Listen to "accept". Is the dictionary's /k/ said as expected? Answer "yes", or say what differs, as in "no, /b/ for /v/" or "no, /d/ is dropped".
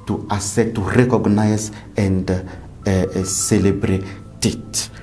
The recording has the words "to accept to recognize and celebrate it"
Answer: no, /k/ is dropped